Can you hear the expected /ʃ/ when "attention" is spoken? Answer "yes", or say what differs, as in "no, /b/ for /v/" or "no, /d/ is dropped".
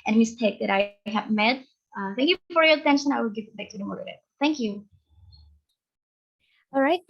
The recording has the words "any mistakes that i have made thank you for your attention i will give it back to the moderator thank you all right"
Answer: yes